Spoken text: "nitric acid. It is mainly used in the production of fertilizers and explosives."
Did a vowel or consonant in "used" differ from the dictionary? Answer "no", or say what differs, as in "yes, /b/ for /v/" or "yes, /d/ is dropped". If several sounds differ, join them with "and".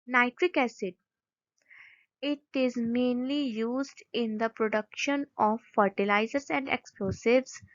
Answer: no